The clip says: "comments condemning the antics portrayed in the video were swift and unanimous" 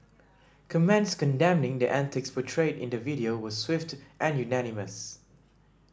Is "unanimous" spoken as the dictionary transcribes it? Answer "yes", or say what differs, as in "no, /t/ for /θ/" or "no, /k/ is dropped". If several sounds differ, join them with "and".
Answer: yes